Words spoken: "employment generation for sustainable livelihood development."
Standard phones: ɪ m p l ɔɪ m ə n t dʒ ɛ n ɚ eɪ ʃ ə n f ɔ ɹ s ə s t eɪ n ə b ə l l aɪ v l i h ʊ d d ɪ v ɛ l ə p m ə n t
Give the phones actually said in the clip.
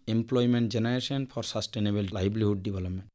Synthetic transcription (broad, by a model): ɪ m p l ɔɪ m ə n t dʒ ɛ n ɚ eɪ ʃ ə n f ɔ ɹ s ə s t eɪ n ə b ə l l aɪ b l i h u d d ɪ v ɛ l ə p m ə n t